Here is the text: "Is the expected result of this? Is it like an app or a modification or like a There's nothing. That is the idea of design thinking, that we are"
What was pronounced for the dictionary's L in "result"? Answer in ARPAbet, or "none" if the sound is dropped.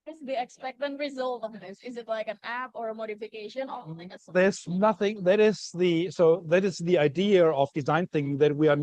L